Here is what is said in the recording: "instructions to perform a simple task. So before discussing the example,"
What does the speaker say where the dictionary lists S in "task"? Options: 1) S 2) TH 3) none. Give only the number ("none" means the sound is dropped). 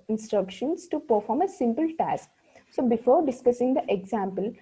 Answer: 1